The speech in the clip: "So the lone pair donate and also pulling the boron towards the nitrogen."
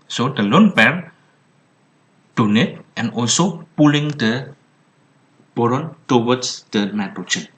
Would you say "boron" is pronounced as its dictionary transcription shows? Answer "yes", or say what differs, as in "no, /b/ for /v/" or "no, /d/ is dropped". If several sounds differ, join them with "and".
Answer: yes